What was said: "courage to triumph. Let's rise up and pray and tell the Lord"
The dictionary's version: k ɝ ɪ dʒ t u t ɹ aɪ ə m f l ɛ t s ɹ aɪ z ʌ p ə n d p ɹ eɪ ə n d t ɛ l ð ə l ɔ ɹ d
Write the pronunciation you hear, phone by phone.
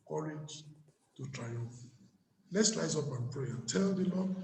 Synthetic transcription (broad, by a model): k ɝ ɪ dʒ t u t ɹ aɪ ə m f l ɛ t s l aɪ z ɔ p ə n p ɹ eɪ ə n t ɛ l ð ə l ɔ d